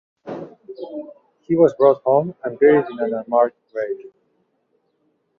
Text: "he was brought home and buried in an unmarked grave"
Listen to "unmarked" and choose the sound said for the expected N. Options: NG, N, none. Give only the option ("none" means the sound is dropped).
none